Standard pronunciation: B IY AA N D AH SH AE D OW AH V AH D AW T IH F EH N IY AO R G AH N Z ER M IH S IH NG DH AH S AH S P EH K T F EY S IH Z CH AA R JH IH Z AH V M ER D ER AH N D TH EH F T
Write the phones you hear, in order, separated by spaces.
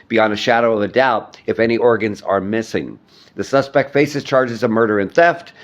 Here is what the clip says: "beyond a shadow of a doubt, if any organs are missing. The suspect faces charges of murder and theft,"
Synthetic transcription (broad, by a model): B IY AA N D AH SH AE D OW AH V AH D AW T IH F EH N IY AO R G AH N Z ER M IH S IH NG DH AH S AH S P EH K T F EY S IH Z CH AA R JH IH Z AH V M ER D ER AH N TH EH F T